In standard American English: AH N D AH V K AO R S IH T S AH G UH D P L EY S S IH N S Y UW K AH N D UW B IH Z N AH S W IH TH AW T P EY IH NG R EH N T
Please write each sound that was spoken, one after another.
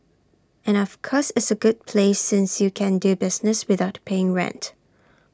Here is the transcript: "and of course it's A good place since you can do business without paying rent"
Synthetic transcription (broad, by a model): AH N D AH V K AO S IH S AH G UH D P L EY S S IH N S Y UW K AH N D UW B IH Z N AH S W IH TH AW T P EY IH NG R EH N T